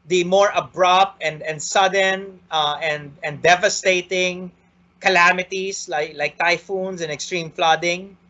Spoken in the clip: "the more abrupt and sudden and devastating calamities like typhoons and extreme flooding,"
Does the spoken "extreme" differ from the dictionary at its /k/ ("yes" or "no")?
no